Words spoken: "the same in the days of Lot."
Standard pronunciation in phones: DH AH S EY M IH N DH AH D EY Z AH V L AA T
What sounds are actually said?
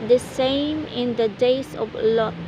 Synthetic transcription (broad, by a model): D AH S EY M IH N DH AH D EY S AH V L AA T